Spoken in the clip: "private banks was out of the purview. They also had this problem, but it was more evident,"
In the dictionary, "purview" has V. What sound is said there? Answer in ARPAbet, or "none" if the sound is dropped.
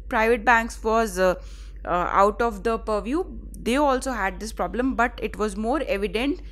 V